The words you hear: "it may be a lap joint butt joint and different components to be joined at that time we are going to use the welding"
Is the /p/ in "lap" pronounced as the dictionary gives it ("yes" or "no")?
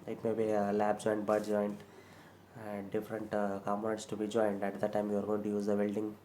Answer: no